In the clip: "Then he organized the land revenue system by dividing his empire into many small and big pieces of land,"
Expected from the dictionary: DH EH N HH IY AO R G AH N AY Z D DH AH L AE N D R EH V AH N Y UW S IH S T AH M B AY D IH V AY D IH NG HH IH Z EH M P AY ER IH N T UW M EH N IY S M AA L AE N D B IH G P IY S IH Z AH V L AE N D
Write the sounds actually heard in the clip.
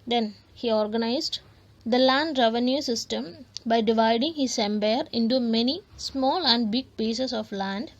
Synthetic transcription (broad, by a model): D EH N HH IY AO R G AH N AY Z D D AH L AE N D R EH V AH N Y UW S IH S T AH M B AY D IH V AY D IH NG HH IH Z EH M B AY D IH N T UW M EH N IY S M AA L AE N D B IH G P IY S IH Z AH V L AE N D